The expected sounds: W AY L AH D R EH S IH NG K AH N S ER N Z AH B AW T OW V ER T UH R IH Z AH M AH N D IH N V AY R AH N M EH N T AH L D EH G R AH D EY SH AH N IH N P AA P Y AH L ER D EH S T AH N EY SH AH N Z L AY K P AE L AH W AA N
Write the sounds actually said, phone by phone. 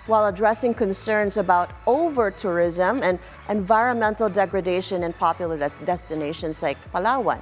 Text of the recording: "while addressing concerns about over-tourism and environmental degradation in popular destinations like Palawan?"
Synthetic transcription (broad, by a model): W AY L AH D R EH S IH NG K AH N S ER N Z AH B AW T OW V ER T UH R IH Z AH M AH N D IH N V AY R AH N M EH N T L D EH G R AH D EY SH AH N IH N P AA P Y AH L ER D EH S T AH N EY SH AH N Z L AY K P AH L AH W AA N